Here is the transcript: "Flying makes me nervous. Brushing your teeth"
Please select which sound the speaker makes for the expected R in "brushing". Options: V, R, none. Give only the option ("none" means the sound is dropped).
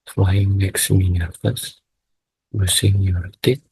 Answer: none